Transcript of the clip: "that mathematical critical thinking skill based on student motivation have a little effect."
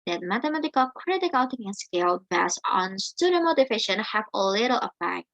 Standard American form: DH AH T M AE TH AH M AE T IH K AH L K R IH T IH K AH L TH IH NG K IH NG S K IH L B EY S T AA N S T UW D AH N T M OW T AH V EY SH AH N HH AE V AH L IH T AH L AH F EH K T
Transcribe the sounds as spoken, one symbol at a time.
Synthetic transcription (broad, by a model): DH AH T M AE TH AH M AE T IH K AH L K R IH T IH K AH L T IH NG IH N S K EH L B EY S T AA N S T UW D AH M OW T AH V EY SH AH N HH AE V AH L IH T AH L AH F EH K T